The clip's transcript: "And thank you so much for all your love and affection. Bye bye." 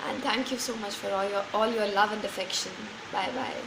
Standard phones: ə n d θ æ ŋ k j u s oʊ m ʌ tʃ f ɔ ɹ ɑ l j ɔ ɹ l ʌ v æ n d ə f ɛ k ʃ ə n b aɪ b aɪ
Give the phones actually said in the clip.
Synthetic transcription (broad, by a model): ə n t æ ŋ k j u s oʊ m ʌ tʃ f ɔ ɹ ɑ l j ɔ l l ʌ v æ n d ə f ɛ k ʃ ə n b aɪ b aɪ